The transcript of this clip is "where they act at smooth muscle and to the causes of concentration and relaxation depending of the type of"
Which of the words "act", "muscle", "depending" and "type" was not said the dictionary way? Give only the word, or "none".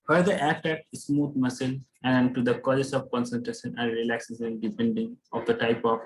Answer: act